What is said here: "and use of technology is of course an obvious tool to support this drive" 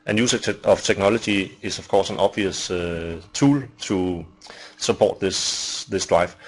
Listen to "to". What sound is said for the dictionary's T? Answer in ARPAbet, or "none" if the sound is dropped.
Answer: S